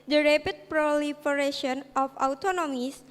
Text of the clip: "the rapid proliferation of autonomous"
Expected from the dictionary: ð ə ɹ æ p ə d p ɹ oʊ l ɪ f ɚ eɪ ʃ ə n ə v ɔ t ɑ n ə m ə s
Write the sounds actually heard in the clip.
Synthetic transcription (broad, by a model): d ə ɹ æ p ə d p ɹ oʊ l ɪ f ɚ eɪ ʃ ə n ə f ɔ t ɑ n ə m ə s